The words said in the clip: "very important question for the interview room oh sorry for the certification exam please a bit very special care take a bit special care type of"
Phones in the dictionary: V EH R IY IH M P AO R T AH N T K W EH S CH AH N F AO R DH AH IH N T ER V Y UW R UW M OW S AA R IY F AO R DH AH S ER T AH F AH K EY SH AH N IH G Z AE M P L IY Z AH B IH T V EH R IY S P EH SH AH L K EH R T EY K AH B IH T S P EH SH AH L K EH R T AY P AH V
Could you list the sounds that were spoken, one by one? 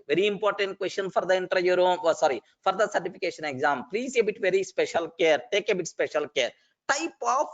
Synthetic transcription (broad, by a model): V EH R IY IH M P AO R T AH N T K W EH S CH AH N F AO R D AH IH N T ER Y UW R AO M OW S AA R IY F AO R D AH S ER T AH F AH K EY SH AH N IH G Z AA M P L IY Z AH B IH T V EH R IY S P EH SH AH L K EH R T EY K AH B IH T S P EH SH AH L K EH R T AY P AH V